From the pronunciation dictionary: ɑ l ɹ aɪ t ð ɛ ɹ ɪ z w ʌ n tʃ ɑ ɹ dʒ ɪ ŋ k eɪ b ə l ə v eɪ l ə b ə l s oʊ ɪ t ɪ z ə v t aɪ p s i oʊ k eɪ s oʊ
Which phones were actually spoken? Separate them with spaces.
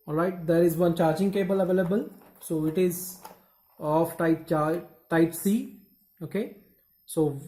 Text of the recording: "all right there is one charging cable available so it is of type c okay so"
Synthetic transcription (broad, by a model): ɑ l ɹ aɪ t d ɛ ɹ ɪ z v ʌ n tʃ ɑ ɹ dʒ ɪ ŋ k eɪ b ə l ə v eɪ l ə b ə l s oʊ ɪ t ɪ z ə p t aɪ p s i oʊ k eɪ s oʊ